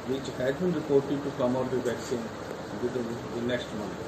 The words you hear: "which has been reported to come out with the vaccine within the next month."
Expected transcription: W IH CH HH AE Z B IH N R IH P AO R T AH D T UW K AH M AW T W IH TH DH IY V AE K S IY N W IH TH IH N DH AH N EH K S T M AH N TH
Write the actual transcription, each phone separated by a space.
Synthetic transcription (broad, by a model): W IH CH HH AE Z B IH N R IH P AO R T AH D T UW K AH M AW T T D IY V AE K S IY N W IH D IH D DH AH N EH K S T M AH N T